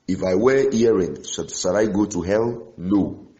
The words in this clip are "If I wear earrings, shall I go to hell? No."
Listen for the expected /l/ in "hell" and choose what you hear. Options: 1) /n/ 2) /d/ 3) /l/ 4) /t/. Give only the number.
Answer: 3